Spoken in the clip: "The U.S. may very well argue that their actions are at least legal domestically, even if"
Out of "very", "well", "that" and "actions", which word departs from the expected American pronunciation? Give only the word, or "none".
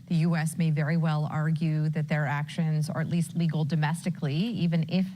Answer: none